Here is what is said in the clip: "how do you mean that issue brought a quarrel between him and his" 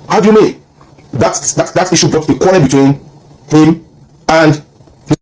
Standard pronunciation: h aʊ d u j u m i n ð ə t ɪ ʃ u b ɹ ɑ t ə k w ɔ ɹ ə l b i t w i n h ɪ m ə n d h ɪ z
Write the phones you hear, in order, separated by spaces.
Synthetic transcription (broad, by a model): h aʊ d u j u m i n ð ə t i ʃ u b ɹ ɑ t ə k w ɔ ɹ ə n b i t w i n h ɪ m ə n d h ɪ